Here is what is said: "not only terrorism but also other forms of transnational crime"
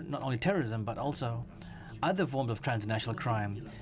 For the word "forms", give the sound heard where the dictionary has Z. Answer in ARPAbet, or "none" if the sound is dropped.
Z